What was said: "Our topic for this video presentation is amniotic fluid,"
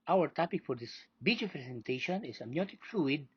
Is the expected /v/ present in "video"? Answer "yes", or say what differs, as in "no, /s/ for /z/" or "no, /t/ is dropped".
no, /b/ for /v/